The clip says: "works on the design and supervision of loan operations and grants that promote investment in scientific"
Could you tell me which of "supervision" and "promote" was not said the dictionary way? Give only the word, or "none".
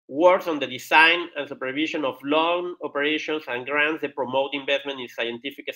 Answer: supervision